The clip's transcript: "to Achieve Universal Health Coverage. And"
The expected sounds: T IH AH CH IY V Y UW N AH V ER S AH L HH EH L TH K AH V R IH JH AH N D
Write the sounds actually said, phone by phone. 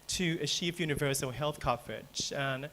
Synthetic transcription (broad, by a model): T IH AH SH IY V Y UW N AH V ER S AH L HH EH L TH K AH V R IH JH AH N